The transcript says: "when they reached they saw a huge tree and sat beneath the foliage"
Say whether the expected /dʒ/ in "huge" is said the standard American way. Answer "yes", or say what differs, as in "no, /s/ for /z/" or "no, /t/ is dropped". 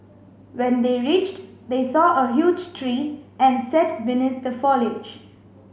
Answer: yes